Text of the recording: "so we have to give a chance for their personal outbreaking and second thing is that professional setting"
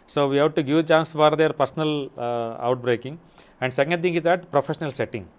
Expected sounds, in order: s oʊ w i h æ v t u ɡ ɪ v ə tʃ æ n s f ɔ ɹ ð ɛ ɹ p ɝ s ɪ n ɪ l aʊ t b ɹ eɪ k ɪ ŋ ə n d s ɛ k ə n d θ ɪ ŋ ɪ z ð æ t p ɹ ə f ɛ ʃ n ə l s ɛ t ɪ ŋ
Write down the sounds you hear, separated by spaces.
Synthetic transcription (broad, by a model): s oʊ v i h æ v t u ɡ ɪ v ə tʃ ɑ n s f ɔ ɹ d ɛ ɹ p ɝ s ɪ n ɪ l aʊ t b ɹ eɪ k ɪ ŋ ə n d s ɛ k ə n d t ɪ ŋ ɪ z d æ t p ɹ ə f ɛ ʃ n ə l s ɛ t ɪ ŋ